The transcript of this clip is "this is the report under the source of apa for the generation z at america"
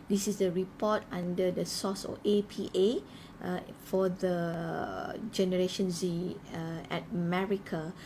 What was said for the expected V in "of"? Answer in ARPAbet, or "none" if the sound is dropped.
P